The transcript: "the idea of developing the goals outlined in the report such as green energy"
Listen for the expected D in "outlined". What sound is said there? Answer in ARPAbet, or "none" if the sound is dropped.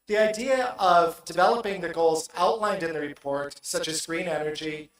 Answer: D